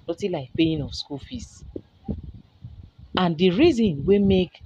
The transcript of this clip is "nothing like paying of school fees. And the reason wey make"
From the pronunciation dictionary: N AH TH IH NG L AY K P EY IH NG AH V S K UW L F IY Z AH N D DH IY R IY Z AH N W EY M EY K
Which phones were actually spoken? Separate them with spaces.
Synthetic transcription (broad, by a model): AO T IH L AY K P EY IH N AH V S K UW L F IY S AH N D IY R IY Z AH N W EY M EY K